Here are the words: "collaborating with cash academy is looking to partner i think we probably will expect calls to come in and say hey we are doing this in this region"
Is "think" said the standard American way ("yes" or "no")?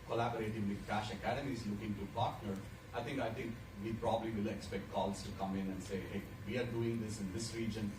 no